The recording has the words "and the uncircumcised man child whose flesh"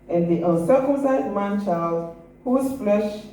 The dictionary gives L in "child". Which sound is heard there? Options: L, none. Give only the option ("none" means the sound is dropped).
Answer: L